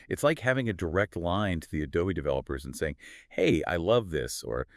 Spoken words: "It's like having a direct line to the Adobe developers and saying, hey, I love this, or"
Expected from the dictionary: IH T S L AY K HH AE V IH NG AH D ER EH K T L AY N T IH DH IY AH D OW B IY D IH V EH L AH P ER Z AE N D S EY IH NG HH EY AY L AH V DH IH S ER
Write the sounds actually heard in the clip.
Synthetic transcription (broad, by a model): IH T S L AY K HH AE V IH NG AH D ER EH K T L AY N T IH DH IY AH D OW IY D IH V EH L AH P ER Z N S EY IH NG HH EY AY L AH V DH IH S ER